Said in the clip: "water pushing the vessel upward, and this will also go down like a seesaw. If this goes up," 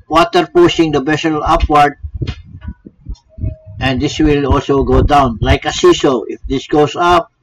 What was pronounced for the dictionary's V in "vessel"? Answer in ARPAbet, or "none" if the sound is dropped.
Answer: B